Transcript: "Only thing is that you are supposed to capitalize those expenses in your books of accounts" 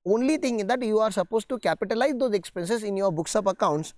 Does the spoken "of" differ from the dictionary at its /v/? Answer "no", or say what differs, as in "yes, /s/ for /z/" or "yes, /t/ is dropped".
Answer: yes, /p/ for /v/